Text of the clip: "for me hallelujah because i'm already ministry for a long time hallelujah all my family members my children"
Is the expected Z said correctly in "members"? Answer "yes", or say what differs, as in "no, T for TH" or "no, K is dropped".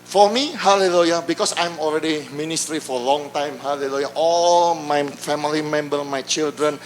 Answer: no, Z is dropped